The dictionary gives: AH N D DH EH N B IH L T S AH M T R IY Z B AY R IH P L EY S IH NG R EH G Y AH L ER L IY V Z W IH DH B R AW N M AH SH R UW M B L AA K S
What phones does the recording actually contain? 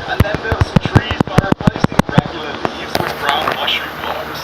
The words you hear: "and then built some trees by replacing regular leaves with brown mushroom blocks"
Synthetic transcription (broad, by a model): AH N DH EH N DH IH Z S AH M T R IY Z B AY R IH P L EY S IH NG R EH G Y L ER L IY V Z W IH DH B R AW N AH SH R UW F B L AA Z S